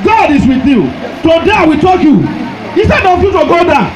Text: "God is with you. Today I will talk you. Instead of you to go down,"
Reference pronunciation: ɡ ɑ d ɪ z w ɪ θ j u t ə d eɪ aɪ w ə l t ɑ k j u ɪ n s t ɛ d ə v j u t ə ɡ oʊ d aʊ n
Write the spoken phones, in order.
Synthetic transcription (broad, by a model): ɡ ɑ d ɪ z w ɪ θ j u t ə d eɪ aɪ w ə t ɑ k j u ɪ s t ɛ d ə f j u t ə ɡ oʊ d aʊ